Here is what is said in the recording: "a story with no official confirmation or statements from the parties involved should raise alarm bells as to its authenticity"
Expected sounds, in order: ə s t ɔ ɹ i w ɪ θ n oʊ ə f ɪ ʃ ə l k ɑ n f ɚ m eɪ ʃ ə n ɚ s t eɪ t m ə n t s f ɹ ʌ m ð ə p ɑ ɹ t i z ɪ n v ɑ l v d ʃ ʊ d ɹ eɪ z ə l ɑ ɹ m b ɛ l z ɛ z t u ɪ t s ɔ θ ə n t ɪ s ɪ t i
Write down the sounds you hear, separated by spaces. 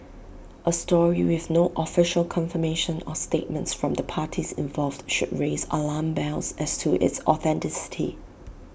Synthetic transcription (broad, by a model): ə s t ɔ ɹ i w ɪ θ n oʊ ə f ɪ ʃ ə l k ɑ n f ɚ m eɪ ʃ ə n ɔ s t eɪ t m ə n t s f ɹ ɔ m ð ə p ɑ t i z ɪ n v ɑ l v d ʃ ʊ d ɹ eɪ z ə l ɑ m b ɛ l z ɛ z t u ɪ t s ɔ θ ə n t ɪ s ɪ t i